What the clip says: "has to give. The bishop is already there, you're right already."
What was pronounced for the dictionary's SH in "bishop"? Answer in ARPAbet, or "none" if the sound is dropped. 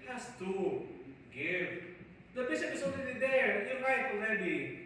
S